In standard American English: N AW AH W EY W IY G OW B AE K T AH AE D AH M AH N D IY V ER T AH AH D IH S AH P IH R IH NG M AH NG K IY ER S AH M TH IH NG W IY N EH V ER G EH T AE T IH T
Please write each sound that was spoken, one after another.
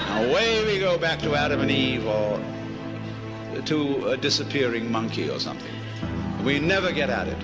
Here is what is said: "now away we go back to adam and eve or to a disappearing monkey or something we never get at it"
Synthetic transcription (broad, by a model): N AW AH W EY W IY G OW B AE K T AH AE D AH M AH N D IY V ER T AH AH D IH S AH P IH R IH NG M AH NG K IY ER S AH M TH IH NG W IY N EH V ER G EH T AE T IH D